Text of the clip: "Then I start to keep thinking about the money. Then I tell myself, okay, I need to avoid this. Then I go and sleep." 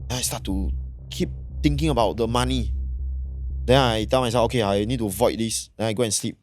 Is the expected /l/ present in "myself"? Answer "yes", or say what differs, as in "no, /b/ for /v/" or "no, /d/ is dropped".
no, /l/ is dropped